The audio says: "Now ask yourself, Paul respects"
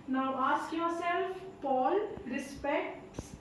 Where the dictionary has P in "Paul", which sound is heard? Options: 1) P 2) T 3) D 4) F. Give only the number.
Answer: 1